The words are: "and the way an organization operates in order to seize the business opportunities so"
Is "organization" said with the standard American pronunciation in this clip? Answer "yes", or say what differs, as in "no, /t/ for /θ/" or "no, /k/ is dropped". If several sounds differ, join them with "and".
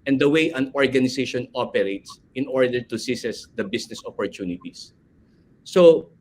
no, /s/ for /z/